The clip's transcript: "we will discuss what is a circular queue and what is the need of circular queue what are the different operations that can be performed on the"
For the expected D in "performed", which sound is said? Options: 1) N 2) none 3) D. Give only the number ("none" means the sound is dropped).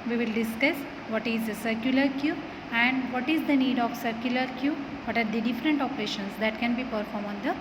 2